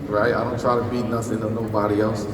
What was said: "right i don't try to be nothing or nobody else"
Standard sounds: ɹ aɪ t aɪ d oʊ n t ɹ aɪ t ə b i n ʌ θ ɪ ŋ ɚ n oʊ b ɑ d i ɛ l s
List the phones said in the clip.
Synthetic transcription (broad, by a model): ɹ aɪ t aɪ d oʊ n t ɹ aɪ t ə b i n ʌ s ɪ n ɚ n oʊ b ɑ d i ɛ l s